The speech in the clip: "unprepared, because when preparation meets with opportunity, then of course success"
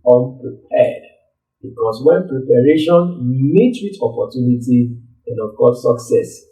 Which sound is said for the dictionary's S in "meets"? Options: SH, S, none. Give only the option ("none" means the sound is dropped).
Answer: none